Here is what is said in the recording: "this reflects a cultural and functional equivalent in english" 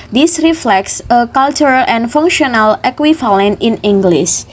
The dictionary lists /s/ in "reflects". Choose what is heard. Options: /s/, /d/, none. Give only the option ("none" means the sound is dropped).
/s/